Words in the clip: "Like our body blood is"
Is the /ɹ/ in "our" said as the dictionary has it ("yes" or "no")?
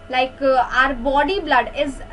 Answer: yes